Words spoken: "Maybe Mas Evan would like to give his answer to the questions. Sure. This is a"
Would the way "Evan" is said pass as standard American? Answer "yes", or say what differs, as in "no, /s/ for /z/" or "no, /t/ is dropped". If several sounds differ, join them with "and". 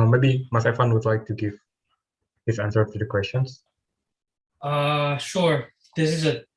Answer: no, /f/ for /v/